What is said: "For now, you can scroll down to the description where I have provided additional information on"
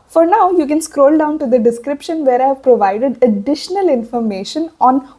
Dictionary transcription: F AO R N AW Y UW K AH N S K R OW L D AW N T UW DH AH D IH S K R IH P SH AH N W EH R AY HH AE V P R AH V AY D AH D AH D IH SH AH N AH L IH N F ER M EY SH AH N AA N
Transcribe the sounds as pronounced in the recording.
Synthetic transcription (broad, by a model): F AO R N AW Y UW K AH N S K R OW L D AW N T UW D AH D IH S K R IH P SH AH N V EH R AY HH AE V P R AH V AY D AH D AH D IH SH AH N AH L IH N F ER M EY SH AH N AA N